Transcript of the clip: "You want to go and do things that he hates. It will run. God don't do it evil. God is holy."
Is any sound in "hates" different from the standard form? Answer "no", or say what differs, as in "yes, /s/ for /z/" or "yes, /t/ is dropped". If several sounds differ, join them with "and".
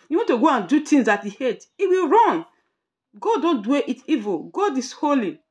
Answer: yes, /s/ is dropped